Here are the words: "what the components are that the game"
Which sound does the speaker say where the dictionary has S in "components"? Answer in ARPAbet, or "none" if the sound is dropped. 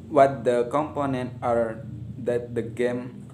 none